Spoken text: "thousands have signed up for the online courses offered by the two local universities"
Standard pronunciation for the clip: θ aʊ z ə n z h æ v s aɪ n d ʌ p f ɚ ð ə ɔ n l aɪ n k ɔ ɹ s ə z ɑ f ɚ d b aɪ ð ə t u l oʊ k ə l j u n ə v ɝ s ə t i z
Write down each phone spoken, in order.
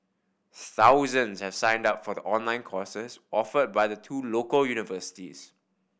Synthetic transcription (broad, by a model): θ aʊ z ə n s h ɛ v s aɪ n d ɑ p f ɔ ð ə ɔ n l aɪ n k ɔ s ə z ɑ f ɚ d b aɪ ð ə t u l oʊ k ə l j u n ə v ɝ s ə t i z